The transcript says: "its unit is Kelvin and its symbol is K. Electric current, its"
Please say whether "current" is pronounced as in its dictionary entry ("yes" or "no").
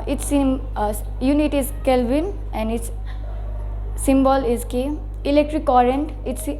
yes